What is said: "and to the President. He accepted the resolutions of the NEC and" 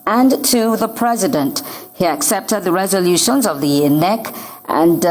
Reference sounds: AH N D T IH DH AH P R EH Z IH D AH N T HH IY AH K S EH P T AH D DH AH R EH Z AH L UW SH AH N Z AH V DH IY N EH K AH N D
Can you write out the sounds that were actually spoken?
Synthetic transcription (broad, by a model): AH N T IH DH AH P R EH Z IH D AH N T HH IY AH K S EH P T AH D DH AH R EH Z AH L UW SH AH N Z AH V DH IY N EH K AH N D